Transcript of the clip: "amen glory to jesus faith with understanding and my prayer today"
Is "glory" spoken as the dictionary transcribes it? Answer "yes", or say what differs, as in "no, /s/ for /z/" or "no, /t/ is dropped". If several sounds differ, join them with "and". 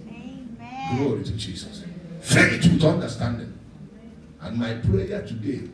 yes